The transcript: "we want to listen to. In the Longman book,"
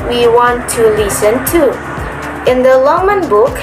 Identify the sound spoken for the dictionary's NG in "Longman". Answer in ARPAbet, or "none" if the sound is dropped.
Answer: none